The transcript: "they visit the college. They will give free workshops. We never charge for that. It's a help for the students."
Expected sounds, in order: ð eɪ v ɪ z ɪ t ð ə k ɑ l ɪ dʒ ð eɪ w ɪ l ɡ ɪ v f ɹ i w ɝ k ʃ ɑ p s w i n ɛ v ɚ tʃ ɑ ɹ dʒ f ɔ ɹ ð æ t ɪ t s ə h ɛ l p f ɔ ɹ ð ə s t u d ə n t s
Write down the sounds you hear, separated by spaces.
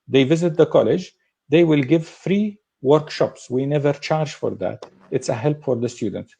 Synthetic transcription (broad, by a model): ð eɪ v ɪ z ɪ t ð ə k ɑ l ɪ dʒ ð eɪ w ɪ l ɡ ɪ v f ɹ i w ɝ k ʃ ɑ p s w i n ɛ v ɚ tʃ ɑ ɹ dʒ f ɔ ɹ ð æ t ɪ t s ə h ɛ l p f ɔ ɹ ð ə s t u d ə n t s